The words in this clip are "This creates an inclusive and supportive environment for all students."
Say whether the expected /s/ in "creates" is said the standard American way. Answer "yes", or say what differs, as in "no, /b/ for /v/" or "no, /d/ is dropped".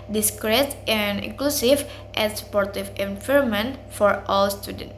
no, /s/ is dropped